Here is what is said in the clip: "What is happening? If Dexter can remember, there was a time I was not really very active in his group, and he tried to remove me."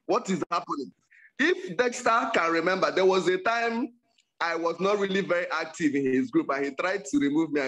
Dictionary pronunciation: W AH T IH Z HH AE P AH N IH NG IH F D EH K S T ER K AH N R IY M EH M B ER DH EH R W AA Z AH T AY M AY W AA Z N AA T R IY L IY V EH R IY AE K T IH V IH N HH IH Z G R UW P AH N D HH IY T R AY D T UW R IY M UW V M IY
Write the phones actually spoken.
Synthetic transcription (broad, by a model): W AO T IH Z HH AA P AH N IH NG IH F D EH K S T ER K AH N R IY M EH M B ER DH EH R W AA Z AH T AY M AY W AA Z N AA T R IY L IY V EH R IY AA K T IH V IH N HH IH Z G R UW P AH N HH IY T R AY D T UW R IY M UW V M IY